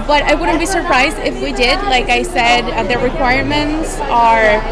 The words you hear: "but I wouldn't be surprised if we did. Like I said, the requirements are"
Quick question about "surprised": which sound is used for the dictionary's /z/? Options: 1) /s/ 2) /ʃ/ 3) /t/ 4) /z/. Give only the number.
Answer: 4